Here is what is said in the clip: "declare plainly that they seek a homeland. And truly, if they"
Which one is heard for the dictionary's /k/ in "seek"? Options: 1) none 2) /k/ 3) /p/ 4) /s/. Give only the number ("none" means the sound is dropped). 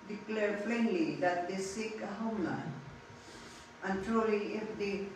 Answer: 2